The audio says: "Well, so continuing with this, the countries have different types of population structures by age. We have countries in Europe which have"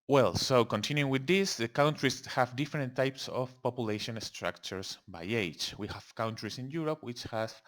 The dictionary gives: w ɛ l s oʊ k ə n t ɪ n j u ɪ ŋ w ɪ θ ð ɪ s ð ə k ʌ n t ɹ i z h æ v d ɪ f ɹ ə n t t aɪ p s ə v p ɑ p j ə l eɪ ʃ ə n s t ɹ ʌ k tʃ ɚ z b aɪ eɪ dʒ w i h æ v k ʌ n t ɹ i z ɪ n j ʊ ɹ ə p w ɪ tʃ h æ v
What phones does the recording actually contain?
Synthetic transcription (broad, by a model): w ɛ l s oʊ k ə n t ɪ n j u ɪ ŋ w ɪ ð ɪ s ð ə k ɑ n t ɹ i s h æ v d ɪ f ɹ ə n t t aɪ p s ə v p ɑ p j ə l eɪ ʃ ə n s t ɹ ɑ k tʃ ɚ s b aɪ eɪ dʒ w i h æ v k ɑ n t ɹ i s ɪ n j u ɹ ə p w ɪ tʃ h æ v